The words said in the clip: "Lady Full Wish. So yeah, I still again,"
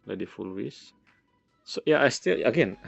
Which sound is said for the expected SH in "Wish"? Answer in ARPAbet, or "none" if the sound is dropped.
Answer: S